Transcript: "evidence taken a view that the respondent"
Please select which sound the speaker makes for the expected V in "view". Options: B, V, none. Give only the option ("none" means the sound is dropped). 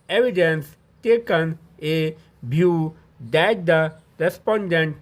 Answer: B